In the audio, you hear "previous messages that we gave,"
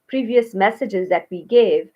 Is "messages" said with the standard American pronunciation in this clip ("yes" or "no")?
yes